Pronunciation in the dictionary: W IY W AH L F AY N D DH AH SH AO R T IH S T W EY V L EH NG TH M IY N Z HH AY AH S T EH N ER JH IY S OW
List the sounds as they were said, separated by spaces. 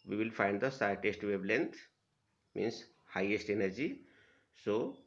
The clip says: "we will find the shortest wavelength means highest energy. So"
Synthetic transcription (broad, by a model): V IY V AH L F AY N D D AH S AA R T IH S T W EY B L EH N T M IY N S HH AY AH S T EH N ER JH IY S OW